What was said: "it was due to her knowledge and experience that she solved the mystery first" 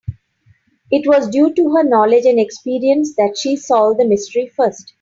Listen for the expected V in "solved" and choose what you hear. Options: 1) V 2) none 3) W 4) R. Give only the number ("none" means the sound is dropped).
2